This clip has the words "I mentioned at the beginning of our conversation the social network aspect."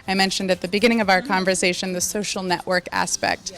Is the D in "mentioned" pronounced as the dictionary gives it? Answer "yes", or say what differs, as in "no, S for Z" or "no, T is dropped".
yes